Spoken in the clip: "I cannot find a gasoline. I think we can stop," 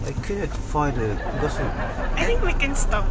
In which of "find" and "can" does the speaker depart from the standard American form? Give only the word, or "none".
find